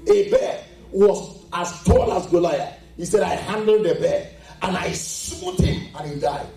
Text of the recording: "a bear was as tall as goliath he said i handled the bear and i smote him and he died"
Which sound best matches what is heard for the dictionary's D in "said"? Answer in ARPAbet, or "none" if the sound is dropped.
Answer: D